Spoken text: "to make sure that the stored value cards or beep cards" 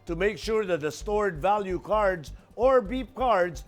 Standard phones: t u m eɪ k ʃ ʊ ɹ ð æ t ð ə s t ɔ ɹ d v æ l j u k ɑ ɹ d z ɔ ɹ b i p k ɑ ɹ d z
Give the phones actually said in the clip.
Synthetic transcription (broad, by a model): t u m eɪ k ʃ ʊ ɹ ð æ t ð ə s t ɔ ɹ d v æ l j u k ɑ ɹ d z ɔ ɹ b i p k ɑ ɹ d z